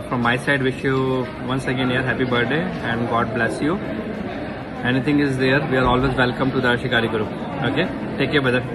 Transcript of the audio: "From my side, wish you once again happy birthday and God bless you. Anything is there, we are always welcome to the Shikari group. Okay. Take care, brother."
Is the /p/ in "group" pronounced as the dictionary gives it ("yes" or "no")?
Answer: no